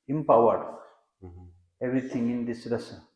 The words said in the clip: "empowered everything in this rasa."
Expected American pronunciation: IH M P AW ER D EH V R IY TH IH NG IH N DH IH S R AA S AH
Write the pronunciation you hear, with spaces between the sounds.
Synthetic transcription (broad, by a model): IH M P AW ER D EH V R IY T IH NG IH N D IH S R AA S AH